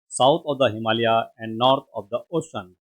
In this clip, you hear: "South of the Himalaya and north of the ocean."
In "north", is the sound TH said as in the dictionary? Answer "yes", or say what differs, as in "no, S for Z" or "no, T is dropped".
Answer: no, T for TH